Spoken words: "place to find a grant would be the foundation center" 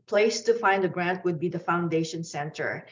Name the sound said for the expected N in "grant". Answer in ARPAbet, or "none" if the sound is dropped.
N